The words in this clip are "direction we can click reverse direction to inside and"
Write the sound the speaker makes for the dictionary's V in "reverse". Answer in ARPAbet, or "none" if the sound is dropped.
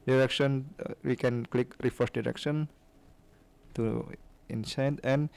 F